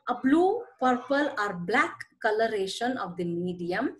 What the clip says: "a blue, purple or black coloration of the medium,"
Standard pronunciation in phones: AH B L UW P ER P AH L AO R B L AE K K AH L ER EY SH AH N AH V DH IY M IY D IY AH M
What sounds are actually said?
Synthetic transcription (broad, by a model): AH B L UW P ER P AH L AO R B L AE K K AH L ER EY SH AH N AH V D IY M IY D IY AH M